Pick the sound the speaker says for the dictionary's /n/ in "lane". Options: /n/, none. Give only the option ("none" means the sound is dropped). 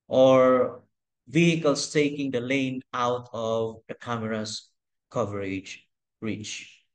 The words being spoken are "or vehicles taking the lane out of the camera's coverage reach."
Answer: /n/